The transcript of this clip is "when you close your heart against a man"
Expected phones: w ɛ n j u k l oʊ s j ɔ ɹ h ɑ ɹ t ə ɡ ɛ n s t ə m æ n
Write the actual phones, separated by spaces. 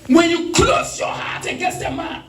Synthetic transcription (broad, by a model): w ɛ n j u k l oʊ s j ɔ h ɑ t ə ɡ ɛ s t ə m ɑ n